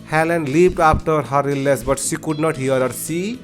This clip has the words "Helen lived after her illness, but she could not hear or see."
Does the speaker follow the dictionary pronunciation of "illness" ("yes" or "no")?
no